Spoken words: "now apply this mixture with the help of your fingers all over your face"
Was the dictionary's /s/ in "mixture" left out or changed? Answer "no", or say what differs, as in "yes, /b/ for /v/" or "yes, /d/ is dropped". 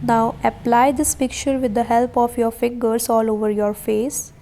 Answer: yes, /s/ is dropped